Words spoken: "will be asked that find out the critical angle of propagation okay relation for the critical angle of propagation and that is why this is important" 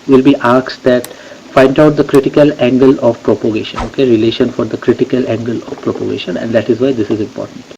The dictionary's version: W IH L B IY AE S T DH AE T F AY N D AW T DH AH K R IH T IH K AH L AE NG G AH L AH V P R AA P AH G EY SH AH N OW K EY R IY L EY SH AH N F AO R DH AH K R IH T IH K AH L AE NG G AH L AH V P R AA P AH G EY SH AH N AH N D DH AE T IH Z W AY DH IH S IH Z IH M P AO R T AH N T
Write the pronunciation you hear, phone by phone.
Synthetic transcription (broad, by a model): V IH L B IY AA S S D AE T F AY N D AW T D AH K R IH T IH K AH L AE NG G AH L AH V P R AA P AH G EY SH AH N OW K EY R IY L EY SH AH N F AO R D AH K R IH T IH K AH L AE NG G AH L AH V P R AA P AH G EY SH AH N AH N D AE T IH Z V AY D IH S IH Z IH M P AO R T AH N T